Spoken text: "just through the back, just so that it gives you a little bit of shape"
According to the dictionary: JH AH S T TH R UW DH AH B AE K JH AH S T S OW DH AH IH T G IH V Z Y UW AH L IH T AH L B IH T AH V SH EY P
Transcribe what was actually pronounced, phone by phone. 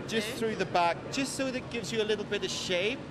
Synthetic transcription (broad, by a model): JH AH S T TH R UW DH AH B AE K JH AH S T S OW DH IH T G IH V Z Y AH L IH T L B IH T AH V SH EY P